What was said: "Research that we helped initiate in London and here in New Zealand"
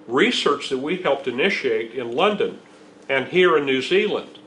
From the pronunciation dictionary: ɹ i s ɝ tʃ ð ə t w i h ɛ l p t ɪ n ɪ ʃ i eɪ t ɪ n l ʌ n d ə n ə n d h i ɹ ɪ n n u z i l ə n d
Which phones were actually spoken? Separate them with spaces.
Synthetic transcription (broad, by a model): ɹ i s ɝ tʃ ð ə t w i h ɛ l p t ɪ n ɪ ʃ i eɪ t ɪ n l ʌ n d ə n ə n h i ɹ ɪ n n u z i l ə n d